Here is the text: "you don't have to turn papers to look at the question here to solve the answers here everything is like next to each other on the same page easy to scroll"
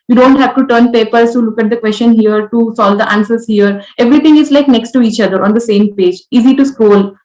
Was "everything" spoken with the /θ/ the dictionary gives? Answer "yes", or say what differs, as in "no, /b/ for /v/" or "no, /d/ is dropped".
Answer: no, /t/ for /θ/